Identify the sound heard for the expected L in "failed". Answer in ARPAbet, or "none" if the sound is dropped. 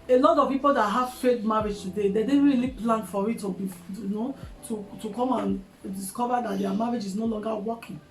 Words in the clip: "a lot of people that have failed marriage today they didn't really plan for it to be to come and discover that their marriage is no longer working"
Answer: none